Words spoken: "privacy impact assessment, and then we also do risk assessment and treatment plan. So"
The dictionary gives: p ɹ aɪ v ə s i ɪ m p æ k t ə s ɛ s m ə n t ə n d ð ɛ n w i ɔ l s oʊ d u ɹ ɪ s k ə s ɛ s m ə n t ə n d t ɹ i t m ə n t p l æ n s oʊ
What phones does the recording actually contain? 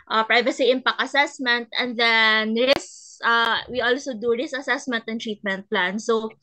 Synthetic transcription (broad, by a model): p ɹ aɪ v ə s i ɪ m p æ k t ə s ɛ s m ə n t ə n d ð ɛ n w i ɔ l s oʊ d u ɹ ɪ s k ə s ɛ s m ə n t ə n t ɹ i t m ə n t p l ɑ n s oʊ